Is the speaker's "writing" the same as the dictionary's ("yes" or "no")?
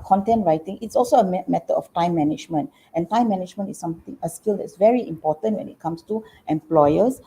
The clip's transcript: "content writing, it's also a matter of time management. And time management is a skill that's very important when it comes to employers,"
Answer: yes